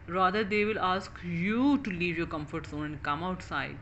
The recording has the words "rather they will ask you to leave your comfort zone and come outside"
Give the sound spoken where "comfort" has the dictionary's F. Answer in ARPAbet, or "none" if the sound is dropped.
F